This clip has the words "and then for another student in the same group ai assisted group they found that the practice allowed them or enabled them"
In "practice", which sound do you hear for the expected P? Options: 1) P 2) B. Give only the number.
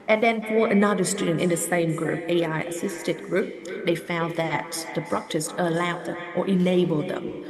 2